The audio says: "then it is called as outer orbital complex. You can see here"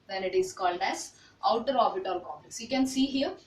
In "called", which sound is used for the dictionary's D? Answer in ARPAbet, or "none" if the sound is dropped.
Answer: D